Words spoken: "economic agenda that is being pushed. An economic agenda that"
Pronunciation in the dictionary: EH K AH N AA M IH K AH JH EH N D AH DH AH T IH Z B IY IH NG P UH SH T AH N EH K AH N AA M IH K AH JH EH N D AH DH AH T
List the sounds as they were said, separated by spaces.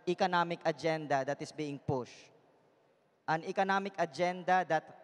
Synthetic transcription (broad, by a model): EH K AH N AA M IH K AH JH EH N D AH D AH T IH S B IY IH NG P UH SH T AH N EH K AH N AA M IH K AH JH EH N D AH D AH T